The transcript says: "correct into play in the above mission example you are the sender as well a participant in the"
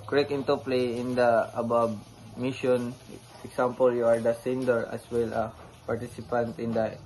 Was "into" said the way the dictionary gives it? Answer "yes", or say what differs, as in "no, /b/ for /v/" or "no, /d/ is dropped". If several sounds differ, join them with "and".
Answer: yes